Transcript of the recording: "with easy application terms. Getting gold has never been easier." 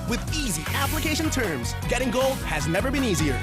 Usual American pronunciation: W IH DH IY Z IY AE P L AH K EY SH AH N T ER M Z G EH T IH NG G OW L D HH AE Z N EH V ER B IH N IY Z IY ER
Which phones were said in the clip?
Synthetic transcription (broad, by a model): W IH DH IY Z IY AE P L AH K EY SH AH N T ER M Z G EH T IH NG G OW L D HH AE Z N EH V ER B IH N IY Z IY ER